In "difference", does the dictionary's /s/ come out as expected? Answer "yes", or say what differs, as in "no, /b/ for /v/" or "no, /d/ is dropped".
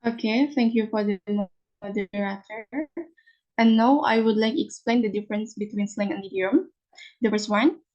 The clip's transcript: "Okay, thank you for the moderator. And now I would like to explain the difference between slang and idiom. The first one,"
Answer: yes